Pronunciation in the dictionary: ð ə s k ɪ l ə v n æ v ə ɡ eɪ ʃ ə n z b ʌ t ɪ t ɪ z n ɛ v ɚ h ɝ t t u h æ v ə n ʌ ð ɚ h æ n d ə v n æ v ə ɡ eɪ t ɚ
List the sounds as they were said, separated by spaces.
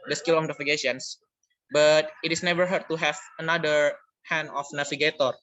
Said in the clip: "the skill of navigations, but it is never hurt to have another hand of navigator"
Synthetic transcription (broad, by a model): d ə s k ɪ l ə f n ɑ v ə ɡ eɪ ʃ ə n s b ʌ t ɪ t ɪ s n ɛ v ɚ h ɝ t t u h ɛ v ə n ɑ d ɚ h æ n ə f n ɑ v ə ɡ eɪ t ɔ